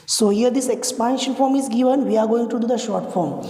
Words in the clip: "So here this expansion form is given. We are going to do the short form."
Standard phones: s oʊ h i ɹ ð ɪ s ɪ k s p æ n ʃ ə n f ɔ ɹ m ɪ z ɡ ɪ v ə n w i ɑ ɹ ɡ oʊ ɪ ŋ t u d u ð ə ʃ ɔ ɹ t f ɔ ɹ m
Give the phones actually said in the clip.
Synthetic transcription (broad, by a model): s oʊ h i ɹ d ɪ s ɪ k s p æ n ʃ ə n f ɔ ɹ m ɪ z ɡ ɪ v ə n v i ɑ ɹ ɡ oʊ ɪ ŋ t u d u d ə ʃ ɔ ɹ t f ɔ ɹ m